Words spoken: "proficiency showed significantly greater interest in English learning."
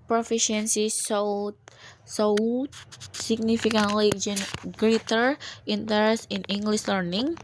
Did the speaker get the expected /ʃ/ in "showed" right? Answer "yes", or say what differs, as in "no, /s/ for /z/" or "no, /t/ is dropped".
no, /s/ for /ʃ/